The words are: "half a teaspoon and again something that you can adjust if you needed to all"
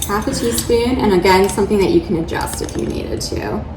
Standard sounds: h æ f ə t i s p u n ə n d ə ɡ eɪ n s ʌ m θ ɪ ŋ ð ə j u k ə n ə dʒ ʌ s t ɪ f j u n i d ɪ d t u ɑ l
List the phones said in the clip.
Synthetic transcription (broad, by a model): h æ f ə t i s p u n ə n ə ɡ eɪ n s ʌ m θ ɪ ŋ ð ə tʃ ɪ k ə n ə dʒ ʌ s t ɪ f j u n i d ɪ d t u